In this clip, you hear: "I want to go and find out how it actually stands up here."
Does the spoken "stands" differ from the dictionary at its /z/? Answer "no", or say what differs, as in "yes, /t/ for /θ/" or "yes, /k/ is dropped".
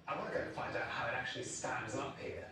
no